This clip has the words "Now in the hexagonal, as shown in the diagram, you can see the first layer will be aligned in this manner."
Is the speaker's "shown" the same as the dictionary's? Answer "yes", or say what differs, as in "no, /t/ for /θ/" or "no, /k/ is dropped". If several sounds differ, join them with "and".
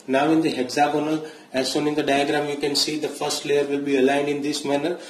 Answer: no, /s/ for /ʃ/